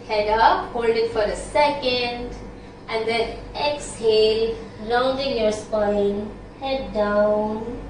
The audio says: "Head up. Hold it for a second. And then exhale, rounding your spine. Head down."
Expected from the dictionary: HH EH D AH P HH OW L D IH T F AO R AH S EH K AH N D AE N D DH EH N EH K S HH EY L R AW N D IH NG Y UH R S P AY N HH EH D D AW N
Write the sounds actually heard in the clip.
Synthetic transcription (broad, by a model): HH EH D AH P HH OW L D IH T F AO R AH S EH K AH N D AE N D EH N EH K S HH EY L L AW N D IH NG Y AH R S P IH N HH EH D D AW N